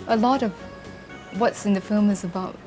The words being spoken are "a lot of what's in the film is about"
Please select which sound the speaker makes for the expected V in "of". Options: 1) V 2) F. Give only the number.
1